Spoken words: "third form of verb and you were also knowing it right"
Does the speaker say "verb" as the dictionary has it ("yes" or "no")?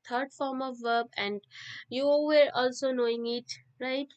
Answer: yes